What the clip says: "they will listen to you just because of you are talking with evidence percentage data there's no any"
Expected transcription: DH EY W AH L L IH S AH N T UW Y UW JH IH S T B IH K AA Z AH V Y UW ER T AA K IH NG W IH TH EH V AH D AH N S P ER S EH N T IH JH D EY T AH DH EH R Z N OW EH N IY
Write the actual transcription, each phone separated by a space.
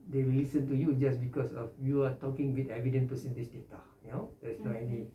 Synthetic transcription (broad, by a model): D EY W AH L L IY S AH N T UW Y UW JH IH S B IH K AA S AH F Y UW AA T AA K IH NG W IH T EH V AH D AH N P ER S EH N T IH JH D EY T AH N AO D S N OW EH N IY